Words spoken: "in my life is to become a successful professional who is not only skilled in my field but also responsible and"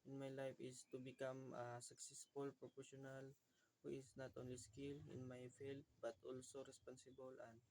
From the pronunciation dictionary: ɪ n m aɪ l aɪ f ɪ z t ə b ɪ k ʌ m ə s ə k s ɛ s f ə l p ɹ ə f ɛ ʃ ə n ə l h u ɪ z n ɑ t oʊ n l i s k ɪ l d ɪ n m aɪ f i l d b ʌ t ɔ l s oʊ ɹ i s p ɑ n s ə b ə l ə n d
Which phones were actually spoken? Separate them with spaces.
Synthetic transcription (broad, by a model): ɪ n m aɪ l aɪ f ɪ s t ə b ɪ k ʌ m ə s ə k s ɛ s f ə l p ɹ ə p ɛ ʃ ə n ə l h u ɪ s n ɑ t oʊ n l i s k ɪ l ɪ n m aɪ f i l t b ʌ t ɔ l s oʊ ɹ i s p ɑ n s ə b ə l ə n